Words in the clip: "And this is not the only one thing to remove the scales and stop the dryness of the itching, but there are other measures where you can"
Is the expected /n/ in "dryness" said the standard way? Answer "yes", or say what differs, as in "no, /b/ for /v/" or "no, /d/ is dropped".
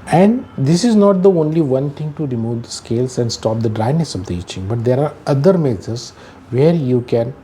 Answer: yes